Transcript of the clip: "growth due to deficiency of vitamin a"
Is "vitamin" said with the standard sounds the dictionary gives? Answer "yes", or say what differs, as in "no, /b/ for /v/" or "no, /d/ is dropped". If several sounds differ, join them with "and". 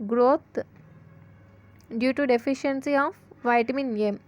yes